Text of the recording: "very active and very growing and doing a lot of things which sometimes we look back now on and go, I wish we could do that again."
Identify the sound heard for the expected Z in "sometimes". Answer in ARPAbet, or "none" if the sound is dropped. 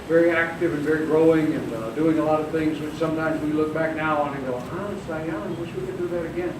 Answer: Z